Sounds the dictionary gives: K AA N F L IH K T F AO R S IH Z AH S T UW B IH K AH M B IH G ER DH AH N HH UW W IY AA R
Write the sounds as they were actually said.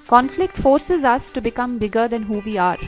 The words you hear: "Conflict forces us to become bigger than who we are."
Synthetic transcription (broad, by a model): K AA N F L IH K T F AO R S IH Z AH S T UW B IH K AH M B IH G ER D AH N HH UW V IY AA R